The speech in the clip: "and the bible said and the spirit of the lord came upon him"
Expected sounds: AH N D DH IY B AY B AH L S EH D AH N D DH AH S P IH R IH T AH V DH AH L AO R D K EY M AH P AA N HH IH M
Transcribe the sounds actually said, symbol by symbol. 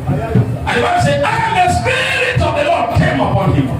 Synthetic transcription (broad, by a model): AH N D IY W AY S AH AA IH AH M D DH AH S P IH R IH T AH V DH AH L AO D K EY M AH P AA N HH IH M